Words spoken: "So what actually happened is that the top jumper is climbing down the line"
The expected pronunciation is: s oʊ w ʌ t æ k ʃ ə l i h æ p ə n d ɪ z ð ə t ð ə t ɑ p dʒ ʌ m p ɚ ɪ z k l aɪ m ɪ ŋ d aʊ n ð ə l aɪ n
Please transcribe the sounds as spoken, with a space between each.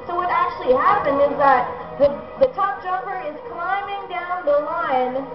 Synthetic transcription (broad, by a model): s oʊ w ʌ t æ k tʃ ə l i h æ p ə n d ɪ z ð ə t ð ə t ɑ p dʒ ʌ m p ɚ ɪ z k l aɪ m ɪ ŋ d aʊ n ð ə l aɪ n